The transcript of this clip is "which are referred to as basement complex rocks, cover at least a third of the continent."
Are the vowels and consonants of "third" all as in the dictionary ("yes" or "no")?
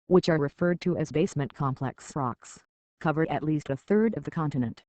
yes